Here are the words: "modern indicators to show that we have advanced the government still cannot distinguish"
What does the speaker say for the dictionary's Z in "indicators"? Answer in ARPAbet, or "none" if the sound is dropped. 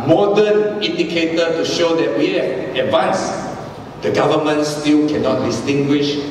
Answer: none